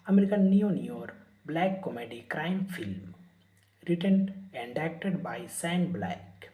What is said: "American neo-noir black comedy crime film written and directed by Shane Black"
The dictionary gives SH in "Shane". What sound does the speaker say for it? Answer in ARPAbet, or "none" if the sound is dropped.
S